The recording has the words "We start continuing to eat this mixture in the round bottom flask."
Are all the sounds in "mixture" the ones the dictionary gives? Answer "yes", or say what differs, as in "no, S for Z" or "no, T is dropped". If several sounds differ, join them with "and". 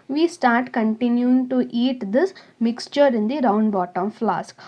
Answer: yes